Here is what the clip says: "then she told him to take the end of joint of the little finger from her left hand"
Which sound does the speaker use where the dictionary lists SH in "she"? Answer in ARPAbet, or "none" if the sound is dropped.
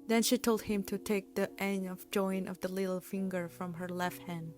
SH